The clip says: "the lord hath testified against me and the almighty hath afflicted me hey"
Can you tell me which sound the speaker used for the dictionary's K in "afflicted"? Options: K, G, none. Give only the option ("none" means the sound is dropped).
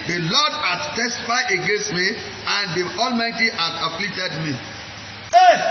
none